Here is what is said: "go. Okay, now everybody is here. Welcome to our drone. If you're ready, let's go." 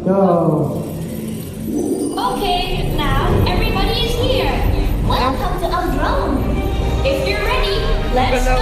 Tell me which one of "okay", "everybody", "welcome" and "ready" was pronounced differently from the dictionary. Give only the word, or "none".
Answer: welcome